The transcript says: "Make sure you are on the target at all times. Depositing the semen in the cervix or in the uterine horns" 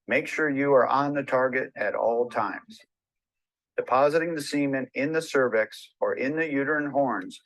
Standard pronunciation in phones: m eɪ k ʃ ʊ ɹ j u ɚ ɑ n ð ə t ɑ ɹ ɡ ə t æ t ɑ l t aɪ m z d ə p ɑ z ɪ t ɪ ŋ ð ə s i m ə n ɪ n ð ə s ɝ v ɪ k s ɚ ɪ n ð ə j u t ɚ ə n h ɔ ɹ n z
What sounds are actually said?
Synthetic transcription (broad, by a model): m eɪ k ʃ ʊ ɹ j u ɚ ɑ n ð ə t ɑ ɹ ɡ ə t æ t ɑ l t aɪ m z d ə p ɑ z ɪ t ɪ ŋ ð ə s i m ə n ɪ n ð ə s ɝ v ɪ k s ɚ ɪ n ð ə j u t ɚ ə n h ɔ ɹ n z